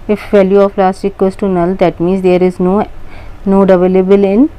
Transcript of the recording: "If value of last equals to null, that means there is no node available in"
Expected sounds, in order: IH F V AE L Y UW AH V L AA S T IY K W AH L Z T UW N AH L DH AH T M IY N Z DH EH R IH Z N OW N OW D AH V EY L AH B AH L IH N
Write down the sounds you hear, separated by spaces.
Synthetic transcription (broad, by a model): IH F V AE L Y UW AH P L AA S T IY K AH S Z T UW N AH L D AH T M IY N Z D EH R IH Z N OW N OW D AH V EY L AH B AH L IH N